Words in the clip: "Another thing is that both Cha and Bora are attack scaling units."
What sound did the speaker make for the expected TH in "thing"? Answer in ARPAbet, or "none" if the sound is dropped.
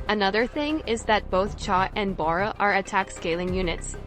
TH